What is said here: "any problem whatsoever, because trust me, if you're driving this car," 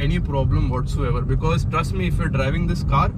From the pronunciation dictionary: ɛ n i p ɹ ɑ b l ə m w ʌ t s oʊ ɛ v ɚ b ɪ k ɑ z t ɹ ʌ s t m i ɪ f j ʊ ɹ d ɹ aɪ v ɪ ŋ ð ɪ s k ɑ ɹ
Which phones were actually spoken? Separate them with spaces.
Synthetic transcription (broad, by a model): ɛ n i p ɹ ɑ b l ə m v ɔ t s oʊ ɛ v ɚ b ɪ k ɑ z t ɹ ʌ s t m i ɪ f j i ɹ d ɹ aɪ v ɪ ŋ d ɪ s k ɑ ɹ